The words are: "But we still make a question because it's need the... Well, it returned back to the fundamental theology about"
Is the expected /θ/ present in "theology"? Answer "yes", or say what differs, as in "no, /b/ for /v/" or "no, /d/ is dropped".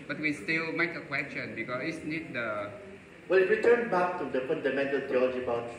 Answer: no, /t/ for /θ/